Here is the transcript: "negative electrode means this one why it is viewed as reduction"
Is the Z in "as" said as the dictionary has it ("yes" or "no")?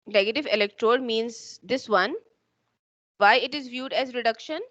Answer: yes